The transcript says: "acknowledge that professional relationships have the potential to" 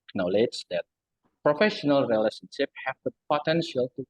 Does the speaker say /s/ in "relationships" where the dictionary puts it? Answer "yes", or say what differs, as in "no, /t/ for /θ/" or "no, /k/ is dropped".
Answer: no, /s/ is dropped